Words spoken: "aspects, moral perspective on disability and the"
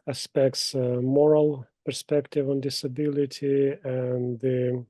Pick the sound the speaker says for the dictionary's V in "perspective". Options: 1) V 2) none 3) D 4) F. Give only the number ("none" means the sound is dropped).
1